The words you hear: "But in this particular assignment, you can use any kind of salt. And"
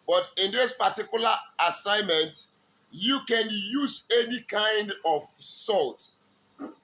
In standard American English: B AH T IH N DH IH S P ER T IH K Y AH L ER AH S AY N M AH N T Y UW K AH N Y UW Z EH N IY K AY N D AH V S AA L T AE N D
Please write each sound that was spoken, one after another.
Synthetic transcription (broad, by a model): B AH T IH N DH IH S P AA T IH K Y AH L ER AH S AY N M AH N T Y UW K AH N Y UW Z EH N IY K AY N D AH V S AA L T